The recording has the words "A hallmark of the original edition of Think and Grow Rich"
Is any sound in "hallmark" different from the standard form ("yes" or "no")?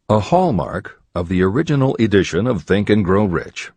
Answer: no